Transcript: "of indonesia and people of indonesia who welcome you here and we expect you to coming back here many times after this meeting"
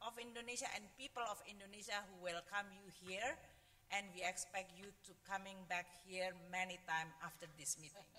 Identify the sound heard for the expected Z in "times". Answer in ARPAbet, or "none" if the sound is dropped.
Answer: none